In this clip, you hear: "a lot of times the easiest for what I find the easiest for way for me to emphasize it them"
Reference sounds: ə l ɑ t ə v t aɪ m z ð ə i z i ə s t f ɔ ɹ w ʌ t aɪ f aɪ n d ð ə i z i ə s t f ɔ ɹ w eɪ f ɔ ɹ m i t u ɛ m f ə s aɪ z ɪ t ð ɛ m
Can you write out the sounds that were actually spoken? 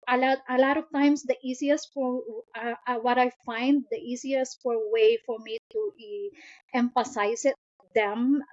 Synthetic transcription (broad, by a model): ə l ɑ t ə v t aɪ m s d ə i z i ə s t f ɔ ɹ w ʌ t aɪ f aɪ n d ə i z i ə s t f ɔ ɹ w eɪ f ɔ ɹ m i t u ɛ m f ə s aɪ s ɪ t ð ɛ m